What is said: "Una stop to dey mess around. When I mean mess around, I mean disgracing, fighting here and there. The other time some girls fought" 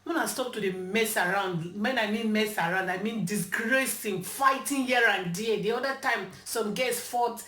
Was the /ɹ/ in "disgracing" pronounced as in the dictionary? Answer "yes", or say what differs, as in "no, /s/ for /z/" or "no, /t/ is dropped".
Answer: yes